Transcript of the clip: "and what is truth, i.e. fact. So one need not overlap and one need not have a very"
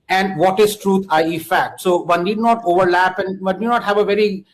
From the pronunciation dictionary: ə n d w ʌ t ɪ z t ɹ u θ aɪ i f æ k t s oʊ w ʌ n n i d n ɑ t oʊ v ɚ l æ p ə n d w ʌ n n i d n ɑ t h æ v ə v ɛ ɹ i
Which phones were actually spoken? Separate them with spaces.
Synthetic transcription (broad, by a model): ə n d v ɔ t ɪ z t ɹ u t aɪ i f æ k t s oʊ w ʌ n n i d n ɑ t oʊ v ɚ l æ p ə n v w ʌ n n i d n ɑ t h æ v ə v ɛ ɹ i